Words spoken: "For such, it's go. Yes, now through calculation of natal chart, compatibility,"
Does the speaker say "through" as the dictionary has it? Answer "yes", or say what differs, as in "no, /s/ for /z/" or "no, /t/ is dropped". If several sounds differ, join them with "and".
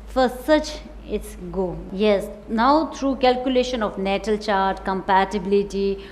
no, /t/ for /θ/